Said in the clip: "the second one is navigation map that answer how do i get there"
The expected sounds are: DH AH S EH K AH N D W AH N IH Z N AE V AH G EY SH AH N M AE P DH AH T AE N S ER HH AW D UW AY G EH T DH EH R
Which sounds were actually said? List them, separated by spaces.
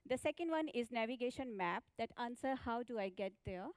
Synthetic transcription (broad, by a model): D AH S EH K AH N D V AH N IH Z N AE V AH G EY SH AH N M AE P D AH T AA N S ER HH AW D UW AY G EH T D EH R